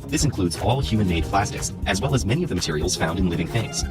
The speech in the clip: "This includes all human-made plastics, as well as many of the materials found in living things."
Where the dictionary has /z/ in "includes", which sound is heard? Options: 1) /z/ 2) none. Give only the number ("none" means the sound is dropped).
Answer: 1